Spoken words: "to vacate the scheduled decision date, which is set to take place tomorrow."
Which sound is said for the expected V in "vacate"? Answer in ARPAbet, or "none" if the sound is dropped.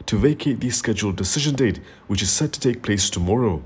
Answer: V